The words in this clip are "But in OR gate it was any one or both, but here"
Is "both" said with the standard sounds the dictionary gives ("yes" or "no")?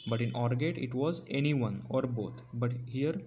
no